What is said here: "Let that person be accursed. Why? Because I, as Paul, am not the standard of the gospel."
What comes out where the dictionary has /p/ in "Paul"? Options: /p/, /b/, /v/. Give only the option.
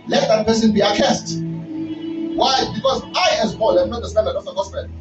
/b/